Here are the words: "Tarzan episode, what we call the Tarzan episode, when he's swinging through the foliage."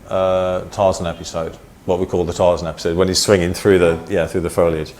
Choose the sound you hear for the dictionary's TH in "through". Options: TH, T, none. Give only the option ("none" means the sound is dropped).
TH